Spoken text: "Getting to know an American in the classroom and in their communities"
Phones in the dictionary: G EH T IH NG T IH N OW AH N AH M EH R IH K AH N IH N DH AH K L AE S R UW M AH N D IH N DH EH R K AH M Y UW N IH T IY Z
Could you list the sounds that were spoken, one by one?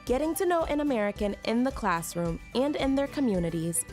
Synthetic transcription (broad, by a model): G EH T IH NG T IH N OW AH N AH M EH R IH K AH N IH N DH AH K L AE S R UW M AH N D IH N DH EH R K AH M Y UW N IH T IY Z